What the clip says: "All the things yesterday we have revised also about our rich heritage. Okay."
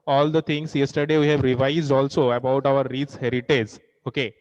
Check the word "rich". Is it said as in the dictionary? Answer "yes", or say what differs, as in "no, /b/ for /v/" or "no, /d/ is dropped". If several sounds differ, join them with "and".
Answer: no, /s/ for /tʃ/